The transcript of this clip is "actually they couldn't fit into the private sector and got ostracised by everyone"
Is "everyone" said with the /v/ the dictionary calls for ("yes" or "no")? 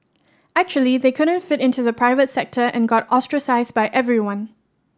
yes